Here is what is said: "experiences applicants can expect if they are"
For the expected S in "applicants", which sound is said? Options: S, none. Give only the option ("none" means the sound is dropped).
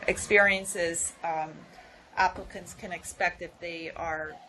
S